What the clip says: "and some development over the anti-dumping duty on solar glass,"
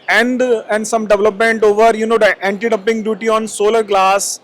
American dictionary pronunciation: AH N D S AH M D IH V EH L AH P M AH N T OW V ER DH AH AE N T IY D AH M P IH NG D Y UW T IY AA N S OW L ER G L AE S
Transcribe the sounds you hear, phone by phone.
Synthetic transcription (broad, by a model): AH N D S AH M D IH V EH L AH P M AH N T OW V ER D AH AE N T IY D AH P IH NG D Y UW T IY AA N S OW L ER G L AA S